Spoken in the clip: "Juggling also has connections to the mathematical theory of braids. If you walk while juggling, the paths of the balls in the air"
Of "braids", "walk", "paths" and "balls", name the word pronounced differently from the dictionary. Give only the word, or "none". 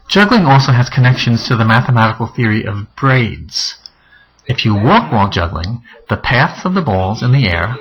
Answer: none